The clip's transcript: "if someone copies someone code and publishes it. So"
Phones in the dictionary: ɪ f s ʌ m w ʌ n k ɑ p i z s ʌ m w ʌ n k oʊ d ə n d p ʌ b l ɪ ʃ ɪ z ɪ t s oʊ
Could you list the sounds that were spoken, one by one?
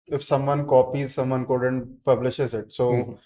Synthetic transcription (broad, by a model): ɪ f s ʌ m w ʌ n k ɑ p i z s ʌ m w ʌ n k oʊ d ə n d p ʌ b l ɪ ʃ ɪ z ɪ t s oʊ